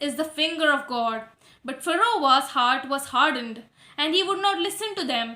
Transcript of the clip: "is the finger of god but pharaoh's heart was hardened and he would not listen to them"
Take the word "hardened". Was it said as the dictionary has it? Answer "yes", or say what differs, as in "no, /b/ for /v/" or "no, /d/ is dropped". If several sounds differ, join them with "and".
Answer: yes